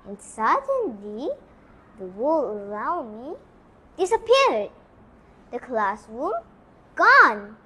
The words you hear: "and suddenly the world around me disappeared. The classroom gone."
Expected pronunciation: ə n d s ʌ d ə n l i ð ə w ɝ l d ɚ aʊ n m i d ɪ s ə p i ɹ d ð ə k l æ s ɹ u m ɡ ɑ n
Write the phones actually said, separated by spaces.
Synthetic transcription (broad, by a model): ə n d s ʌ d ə n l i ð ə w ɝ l ɚ aʊ n m i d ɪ s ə p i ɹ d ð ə k l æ s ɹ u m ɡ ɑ n